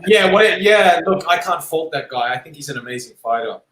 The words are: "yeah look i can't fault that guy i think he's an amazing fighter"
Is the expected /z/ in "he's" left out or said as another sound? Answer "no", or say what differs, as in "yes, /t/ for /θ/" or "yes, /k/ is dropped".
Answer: no